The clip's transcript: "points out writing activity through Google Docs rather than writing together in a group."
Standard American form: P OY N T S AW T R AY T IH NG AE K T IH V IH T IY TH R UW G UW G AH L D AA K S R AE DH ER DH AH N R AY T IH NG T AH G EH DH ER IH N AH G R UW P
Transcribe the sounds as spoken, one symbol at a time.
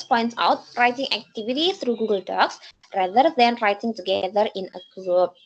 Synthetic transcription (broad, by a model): P OY N T S AW T R AY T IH NG AE K T IH V IH T IY T R UW G UW G AH L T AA K S R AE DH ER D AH N R AY T IH NG T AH G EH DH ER IH N AH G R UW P